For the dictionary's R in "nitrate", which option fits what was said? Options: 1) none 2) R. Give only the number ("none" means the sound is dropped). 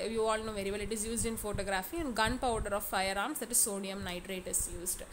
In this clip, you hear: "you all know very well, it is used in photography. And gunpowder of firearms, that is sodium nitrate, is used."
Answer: 2